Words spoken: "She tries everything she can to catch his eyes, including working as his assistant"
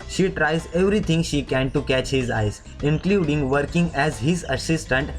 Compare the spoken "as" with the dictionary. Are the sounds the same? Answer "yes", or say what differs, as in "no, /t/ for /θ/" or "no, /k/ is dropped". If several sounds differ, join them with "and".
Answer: yes